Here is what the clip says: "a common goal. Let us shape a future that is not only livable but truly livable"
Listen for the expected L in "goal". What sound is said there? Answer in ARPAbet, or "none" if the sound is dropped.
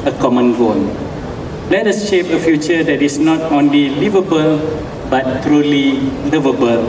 N